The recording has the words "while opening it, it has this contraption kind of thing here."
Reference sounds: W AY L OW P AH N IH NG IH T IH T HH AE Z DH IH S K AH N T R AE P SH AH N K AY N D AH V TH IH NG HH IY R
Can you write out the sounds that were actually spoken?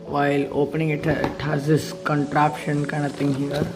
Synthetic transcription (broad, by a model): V AY L OW P AH N IH NG IH T IH T HH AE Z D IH S K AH N T R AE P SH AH N K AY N AH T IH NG HH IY R